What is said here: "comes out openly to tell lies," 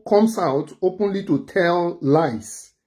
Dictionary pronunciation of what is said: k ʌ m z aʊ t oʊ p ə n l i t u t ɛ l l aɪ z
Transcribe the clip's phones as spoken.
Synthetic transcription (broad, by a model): k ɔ m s aʊ t oʊ p ə n l i t u t ɛ l l aɪ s